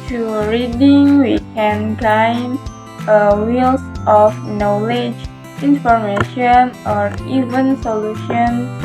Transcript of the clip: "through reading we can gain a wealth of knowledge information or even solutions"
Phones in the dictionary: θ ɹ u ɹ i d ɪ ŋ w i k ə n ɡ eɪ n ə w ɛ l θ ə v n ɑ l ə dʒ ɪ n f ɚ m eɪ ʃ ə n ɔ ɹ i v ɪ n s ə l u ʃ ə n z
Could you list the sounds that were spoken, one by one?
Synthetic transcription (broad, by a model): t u ɹ i d ɪ ŋ w i k ə n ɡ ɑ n ə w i l s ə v n ɑ l ə dʒ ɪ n f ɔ m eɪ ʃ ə n ɔ ɹ i v ɪ n s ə l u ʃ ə n